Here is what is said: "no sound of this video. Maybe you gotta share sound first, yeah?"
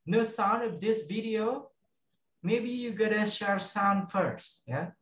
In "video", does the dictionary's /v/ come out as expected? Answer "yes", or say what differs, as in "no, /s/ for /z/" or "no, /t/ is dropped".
yes